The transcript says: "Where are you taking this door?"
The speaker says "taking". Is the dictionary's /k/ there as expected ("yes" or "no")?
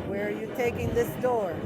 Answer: yes